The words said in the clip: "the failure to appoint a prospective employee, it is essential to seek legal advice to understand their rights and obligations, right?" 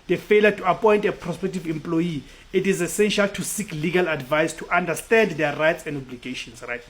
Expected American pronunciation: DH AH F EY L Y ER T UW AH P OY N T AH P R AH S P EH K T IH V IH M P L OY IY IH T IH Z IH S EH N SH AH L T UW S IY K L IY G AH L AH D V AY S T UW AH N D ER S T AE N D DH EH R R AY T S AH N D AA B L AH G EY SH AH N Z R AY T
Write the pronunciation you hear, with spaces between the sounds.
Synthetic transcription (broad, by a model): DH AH F EY L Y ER T UW AH P OY N T AH P R AH S P EH K T IH V IH M P L OY IY IH T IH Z IH S EH N SH AH L T UW S IY K L IY G AH L AH D V AY S T UW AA N D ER S T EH N D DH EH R R AY T S AH N D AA B L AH G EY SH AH N S R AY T